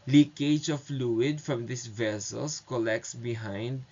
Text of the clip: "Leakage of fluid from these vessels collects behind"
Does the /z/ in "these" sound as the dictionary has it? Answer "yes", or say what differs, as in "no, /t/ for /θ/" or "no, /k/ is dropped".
no, /s/ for /z/